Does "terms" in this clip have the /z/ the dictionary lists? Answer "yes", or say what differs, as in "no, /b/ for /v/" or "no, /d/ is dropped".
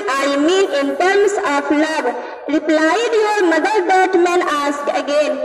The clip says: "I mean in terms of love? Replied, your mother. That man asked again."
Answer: no, /s/ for /z/